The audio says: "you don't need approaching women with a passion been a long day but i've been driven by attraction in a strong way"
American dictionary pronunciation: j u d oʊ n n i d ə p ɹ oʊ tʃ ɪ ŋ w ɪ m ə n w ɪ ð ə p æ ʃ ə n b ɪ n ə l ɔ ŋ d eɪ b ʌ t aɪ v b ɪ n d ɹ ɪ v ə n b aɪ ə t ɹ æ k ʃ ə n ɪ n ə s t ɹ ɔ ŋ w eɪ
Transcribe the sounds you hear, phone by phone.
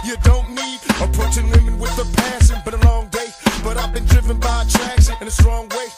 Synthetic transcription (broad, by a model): j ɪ d oʊ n n i d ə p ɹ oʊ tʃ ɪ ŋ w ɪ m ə n w ɪ ð ə p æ s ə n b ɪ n ə l ɔ ŋ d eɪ b ʌ t aɪ v b ɪ n d ɹ ɪ v ə n b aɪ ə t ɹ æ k s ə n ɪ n ə s t ɹ ɔ ŋ w eɪ